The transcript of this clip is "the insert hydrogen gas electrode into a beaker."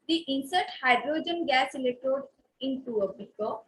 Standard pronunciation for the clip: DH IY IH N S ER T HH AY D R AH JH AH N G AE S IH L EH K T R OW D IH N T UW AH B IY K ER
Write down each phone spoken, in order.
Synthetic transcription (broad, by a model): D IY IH N S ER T HH AY D R AH JH AH N G AE S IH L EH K T OW D IH N T UW AH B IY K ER